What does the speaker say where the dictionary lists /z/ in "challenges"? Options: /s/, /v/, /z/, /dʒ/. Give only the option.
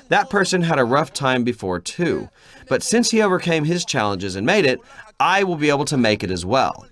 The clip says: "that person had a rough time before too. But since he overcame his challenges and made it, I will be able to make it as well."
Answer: /z/